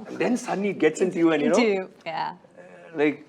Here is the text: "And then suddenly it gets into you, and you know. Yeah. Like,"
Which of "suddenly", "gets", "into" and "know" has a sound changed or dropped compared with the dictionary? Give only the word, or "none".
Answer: suddenly